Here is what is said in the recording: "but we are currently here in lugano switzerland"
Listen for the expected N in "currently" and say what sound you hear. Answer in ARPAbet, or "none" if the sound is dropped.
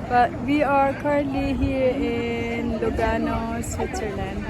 none